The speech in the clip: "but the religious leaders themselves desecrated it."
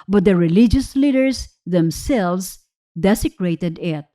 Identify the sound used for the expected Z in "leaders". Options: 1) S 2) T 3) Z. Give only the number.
1